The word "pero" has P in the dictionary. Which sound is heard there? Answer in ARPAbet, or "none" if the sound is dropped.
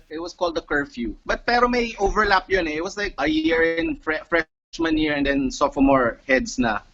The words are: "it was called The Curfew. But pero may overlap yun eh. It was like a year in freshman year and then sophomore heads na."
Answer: P